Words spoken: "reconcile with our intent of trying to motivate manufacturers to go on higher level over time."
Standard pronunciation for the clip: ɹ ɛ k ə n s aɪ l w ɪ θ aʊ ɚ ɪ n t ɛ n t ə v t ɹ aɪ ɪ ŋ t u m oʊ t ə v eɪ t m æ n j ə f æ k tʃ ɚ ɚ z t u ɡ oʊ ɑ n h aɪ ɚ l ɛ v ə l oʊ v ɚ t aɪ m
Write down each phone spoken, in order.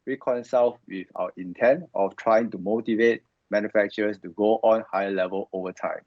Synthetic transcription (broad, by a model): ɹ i k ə n s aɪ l w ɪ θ aʊ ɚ ɪ n t ɛ n t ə f t ɹ aɪ ɪ ŋ t u m oʊ t ə v eɪ t m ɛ n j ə f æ k tʃ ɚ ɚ s t u ɡ oʊ ɑ n h aɪ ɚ l ɛ v ə l oʊ v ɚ t aɪ m